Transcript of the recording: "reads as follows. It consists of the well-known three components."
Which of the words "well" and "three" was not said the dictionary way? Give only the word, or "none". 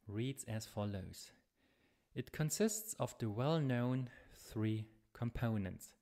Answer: none